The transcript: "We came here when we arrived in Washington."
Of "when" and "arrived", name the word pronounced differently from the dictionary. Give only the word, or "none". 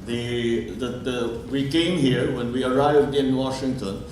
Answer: none